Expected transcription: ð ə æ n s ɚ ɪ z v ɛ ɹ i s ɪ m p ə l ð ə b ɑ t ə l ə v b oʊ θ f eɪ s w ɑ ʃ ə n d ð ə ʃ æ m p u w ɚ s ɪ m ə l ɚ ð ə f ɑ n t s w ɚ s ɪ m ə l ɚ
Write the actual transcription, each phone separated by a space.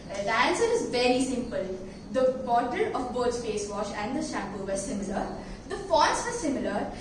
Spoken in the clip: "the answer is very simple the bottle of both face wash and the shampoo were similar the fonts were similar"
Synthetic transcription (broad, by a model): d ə æ n s ɚ ɪ z v ɛ ɹ i s ɪ m p ə l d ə b ɑ t ə l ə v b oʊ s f eɪ s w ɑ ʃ ə n d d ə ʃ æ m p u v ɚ s ɪ m ə l ɚ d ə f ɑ t s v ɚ s ɪ m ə l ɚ